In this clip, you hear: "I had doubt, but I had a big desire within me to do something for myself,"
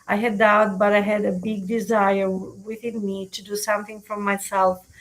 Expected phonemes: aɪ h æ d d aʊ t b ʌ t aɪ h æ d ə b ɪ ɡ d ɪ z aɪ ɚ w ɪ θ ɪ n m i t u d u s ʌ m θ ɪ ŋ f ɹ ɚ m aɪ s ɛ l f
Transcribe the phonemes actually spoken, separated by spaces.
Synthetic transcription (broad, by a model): aɪ h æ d d aʊ t b ʌ t aɪ h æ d ə b ɪ ɡ d ɪ z aɪ ɚ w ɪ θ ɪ n m i t u d u s ʌ m θ ɪ ŋ f ɹ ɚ m aɪ s ɛ l f